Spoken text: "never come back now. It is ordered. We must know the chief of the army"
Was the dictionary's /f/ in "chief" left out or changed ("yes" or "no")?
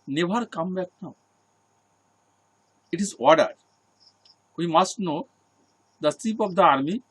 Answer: yes